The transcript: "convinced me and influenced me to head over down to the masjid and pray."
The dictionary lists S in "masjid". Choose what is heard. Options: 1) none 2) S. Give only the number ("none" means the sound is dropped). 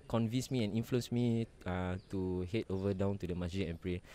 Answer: 1